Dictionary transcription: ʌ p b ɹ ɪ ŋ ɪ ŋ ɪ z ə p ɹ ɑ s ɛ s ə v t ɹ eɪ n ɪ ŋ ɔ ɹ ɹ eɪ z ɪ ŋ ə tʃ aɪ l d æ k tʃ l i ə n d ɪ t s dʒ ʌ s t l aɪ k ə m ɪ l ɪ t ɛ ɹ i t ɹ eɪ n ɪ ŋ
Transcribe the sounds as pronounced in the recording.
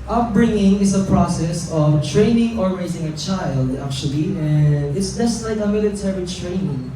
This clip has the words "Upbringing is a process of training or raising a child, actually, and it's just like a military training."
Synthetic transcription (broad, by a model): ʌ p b ɹ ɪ ŋ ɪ ŋ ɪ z ə p ɹ ɑ s ɛ s ə v t ɹ eɪ n ɪ ŋ ɔ ɹ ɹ eɪ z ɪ ŋ ə tʃ aɪ l d æ k tʃ l i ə n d ɪ t s dʒ ʌ s t l aɪ k ə m ɪ l ɪ t ɛ ɹ i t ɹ eɪ n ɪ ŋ